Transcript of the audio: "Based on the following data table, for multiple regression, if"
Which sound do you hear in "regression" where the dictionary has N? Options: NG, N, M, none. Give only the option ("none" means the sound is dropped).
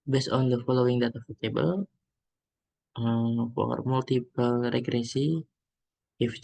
none